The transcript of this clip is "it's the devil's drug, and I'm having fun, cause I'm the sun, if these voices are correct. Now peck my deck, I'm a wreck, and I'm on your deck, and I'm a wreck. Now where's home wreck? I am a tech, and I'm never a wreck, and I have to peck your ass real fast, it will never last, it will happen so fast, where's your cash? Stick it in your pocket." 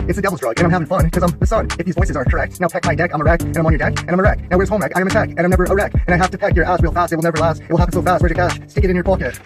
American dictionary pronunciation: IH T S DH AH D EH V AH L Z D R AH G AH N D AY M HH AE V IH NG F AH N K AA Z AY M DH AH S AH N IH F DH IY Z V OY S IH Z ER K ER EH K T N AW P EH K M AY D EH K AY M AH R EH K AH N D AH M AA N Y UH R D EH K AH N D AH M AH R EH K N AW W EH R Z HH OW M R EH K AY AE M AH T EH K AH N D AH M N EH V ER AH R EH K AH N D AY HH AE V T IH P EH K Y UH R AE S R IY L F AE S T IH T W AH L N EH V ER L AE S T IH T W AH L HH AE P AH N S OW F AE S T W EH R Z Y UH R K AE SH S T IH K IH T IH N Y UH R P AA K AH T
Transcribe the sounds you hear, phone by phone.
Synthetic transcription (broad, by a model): IH T S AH D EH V L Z D R AH G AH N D AY M HH AE V IH NG F AH N K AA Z AY M DH AH S AH N IH F DH IY Z V OY S IH Z ER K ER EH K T N AW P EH K M AY D EH K AY M AH R EH K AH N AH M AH N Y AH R D EH K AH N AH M AH R EH K N AW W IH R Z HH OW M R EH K AY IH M AH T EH K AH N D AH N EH V ER AH R EH K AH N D AY HH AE F T IH P EH K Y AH R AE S R IY L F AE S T IH T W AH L N EH V ER L AE S T IH T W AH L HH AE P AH N S OW F AE S T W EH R Y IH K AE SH S T IH K IH T IH N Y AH R P AA K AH T